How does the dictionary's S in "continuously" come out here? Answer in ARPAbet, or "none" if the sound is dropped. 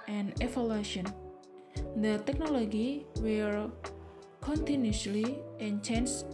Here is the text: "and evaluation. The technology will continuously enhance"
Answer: none